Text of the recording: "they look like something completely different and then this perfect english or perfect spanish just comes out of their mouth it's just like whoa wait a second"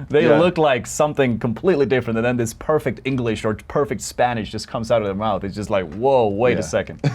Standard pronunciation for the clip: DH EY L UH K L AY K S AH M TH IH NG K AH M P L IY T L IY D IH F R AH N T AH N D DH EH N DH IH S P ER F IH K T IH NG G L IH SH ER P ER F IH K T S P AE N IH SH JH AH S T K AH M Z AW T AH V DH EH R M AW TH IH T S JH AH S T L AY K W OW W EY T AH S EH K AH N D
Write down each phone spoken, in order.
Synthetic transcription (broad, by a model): DH EY L UH K L AY K S AH M TH IH NG K AH M P L IY T L IY D IH F R AH N T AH N DH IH N DH IH S P ER F IH K T IH NG G L IH SH ER P ER F IH K T S P AE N IH SH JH AH S K AH M Z AW T AH V DH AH R M AW TH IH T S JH AH S T L AY K W OW W EY T AH S EH K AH N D